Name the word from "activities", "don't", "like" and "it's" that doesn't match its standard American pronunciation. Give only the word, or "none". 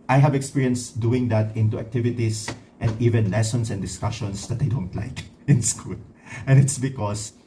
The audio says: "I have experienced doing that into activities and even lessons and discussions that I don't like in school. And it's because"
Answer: activities